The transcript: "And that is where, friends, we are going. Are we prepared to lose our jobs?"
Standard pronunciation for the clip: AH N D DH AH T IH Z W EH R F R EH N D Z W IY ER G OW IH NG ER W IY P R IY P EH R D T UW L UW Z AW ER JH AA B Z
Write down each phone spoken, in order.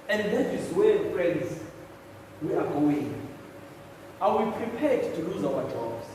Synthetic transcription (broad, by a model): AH N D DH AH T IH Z W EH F R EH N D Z W IY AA G OW IH NG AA W IY P R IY P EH D T UW L UW Z AW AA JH AA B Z